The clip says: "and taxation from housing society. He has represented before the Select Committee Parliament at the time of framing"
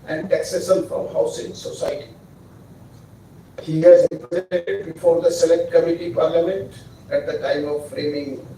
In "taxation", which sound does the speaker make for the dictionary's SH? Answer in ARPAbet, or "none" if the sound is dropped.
S